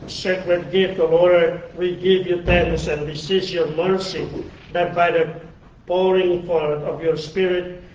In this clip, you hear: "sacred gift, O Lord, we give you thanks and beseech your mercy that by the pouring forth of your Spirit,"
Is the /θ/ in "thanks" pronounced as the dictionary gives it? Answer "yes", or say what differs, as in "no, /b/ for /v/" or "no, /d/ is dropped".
no, /t/ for /θ/